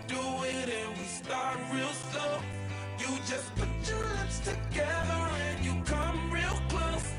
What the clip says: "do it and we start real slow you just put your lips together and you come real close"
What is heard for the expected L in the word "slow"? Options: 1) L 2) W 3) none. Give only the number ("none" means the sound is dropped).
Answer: 3